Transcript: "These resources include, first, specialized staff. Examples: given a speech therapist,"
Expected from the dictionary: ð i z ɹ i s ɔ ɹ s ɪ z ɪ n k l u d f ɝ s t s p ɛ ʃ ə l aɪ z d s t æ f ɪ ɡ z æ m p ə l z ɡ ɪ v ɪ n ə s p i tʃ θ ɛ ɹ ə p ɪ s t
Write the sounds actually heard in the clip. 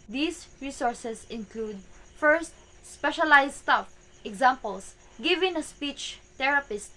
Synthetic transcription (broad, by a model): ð i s ɹ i s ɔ ɹ s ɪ s ɪ n k l u d f ɝ s t s p ɛ ʃ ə l aɪ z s t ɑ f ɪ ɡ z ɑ m p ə l s ɡ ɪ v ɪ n ə s p i tʃ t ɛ ɹ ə p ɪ s t